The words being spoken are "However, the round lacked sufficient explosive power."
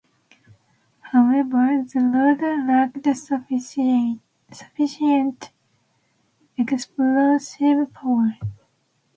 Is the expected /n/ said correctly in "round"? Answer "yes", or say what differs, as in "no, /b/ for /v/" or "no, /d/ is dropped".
no, /n/ is dropped